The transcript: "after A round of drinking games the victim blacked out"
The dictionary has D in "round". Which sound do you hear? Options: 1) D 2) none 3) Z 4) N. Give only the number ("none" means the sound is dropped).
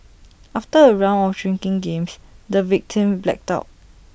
2